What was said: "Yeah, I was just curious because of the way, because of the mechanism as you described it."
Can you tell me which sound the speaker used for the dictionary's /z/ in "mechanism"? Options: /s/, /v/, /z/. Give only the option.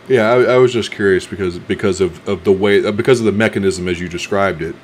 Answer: /z/